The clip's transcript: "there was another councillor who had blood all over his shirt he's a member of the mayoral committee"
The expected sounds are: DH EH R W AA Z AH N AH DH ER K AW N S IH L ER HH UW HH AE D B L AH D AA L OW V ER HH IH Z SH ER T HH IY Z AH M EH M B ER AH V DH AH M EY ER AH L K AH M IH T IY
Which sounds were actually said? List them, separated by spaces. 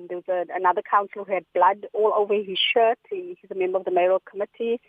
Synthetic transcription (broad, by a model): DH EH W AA Z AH N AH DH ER K AW N S L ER HH UW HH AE D B L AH D AA L OW V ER HH IH Z SH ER T HH IY Z AH M EH M B ER AH V DH AH M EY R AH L K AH M IH T IY